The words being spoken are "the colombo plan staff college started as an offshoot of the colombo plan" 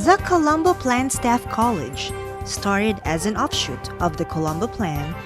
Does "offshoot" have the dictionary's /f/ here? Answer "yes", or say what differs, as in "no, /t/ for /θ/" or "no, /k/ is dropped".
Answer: yes